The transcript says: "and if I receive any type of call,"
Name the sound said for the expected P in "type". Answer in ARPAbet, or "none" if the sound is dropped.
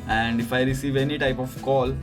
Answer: P